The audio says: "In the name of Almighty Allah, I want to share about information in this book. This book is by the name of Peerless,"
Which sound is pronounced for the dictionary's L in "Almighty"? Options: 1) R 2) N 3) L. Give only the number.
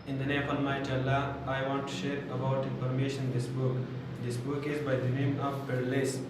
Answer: 2